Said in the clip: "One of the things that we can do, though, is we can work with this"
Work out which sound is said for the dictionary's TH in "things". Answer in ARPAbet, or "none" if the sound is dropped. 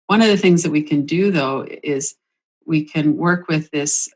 TH